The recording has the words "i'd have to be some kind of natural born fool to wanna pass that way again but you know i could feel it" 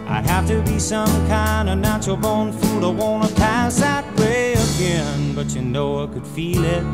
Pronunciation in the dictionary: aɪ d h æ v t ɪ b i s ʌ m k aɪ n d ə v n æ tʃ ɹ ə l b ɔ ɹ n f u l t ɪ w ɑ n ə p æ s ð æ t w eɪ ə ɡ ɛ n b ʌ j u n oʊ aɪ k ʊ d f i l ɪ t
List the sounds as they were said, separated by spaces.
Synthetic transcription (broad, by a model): aɪ h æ f t ɪ b i s ʌ m k aɪ n d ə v n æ tʃ ə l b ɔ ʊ n f u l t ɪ w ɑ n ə p æ s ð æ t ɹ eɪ ə ɡ ɛ n b ʌ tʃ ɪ n oʊ aɪ k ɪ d f i l ɪ t